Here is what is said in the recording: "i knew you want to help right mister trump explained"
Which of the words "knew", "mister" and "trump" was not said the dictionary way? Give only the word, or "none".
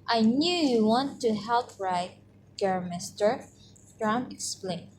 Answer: trump